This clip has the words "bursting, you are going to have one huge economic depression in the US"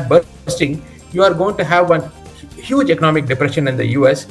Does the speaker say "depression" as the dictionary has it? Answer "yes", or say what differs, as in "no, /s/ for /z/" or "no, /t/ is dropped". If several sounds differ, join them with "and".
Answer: yes